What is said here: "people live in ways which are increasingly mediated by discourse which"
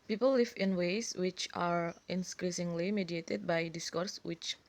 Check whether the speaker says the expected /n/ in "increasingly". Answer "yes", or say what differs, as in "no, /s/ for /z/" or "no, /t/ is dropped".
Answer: yes